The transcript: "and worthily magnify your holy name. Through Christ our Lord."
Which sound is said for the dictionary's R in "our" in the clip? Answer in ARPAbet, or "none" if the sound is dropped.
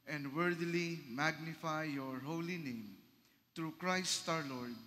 R